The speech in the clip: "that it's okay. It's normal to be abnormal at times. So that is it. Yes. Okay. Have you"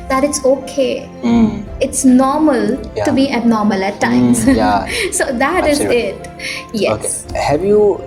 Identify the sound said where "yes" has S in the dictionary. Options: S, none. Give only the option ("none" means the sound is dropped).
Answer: none